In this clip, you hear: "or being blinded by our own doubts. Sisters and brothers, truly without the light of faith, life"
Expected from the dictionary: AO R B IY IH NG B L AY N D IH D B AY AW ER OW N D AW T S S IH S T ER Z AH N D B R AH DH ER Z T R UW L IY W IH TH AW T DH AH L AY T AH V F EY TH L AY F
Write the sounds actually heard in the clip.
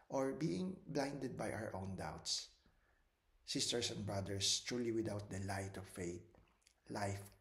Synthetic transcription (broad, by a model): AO R B IY IH NG B L AY N D IH D B AY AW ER OW N D AW T S S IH S T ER S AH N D B R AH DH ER S T R UW L IY W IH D AW T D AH L AY T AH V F EY T L AY F